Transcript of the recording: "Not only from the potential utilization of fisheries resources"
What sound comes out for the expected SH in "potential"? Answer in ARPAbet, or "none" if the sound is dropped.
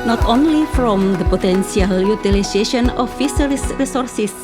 S